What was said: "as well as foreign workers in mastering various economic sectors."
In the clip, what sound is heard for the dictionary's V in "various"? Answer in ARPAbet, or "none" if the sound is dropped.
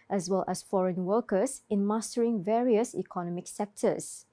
V